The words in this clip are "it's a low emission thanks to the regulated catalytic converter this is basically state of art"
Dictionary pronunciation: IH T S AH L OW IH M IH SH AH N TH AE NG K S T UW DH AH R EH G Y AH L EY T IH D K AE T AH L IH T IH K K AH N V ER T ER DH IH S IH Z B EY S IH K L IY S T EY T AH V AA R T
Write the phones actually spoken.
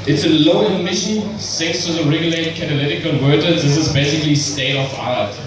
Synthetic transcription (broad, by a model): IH T S AH L OW IH M IH SH AH N S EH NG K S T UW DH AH R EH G Y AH L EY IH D K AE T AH L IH T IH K K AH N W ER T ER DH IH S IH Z B EY S IH K L IY S T EY T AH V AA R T